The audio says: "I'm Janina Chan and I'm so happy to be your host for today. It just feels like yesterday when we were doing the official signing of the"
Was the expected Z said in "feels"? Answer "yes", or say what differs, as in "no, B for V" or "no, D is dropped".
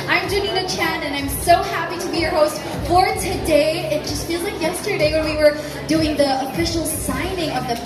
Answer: yes